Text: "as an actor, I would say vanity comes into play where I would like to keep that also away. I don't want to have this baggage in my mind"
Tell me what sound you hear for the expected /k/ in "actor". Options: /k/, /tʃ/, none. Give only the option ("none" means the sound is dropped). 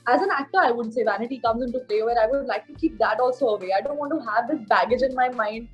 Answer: /k/